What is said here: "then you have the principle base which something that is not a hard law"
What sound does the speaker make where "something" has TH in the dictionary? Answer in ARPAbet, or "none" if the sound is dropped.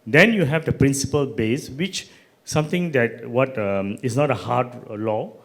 T